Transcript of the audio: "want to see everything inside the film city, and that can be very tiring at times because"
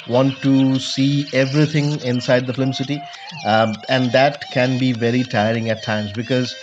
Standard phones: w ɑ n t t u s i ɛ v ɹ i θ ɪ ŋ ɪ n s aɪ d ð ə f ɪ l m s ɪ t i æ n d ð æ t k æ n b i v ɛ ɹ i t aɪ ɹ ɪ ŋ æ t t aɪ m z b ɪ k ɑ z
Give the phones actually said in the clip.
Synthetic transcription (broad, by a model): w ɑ n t t u s i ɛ v ɹ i t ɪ ŋ ɪ n s aɪ d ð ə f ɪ m s ɪ t i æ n d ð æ t k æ n b i v ɛ ɹ i t aɪ ɹ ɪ ŋ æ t t aɪ m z b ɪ k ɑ z